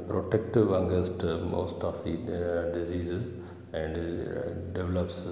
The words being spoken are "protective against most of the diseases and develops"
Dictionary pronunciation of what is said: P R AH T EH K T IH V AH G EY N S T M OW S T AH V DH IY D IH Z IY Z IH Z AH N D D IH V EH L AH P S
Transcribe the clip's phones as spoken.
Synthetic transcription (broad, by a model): P R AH T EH K T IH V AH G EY S T M OW S T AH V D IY D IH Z IY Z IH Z AH N D D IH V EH L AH P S